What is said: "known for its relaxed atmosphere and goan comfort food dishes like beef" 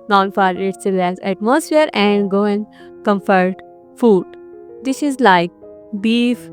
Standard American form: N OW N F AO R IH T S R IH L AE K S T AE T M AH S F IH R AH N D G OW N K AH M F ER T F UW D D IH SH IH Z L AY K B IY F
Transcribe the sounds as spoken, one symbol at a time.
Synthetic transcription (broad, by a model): N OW N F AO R IH T S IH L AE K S AE T M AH S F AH R AH N D G OW N K AH M F ER T F UW D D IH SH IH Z L AY K B IY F